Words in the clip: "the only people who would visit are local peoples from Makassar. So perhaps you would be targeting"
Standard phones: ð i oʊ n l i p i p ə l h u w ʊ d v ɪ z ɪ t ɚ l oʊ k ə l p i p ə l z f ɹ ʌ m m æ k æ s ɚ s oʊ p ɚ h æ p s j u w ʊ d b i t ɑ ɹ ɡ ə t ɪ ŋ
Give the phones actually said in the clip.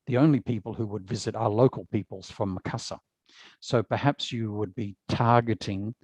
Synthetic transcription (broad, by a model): ð i oʊ n l i p i p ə l h u w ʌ d v ɪ z ɪ t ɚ l oʊ k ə l p i p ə l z f ɹ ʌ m m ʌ k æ s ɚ s oʊ p ɚ h æ p s j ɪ w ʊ d b i t ɑ ɹ ɡ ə t ɪ ŋ